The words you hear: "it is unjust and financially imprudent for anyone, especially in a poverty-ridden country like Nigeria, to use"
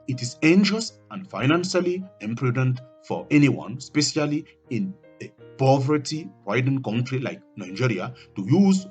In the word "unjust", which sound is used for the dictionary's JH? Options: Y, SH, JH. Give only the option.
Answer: SH